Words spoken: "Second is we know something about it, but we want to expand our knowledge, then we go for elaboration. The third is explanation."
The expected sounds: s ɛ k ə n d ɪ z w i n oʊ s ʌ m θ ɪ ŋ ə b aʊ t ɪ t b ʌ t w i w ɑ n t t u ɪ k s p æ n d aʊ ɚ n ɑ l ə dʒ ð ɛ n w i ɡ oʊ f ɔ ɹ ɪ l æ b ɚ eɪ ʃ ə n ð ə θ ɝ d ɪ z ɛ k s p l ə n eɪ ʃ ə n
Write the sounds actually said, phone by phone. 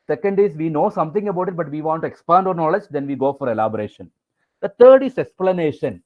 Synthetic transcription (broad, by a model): s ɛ k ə n d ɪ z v i n oʊ s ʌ m t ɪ ŋ ə b aʊ t ɪ t b ʌ t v i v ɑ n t t u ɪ k s p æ n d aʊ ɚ n ɑ l ə dʒ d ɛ n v i ɡ oʊ f ɔ ɹ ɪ l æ b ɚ eɪ ʃ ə n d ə t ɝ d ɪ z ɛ k s p l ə n eɪ ʃ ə n